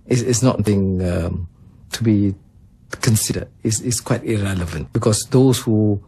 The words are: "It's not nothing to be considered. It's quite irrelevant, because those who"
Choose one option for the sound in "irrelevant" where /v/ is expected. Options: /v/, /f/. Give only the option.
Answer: /v/